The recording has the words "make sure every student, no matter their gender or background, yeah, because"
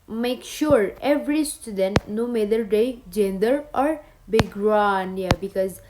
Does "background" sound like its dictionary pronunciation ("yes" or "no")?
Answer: no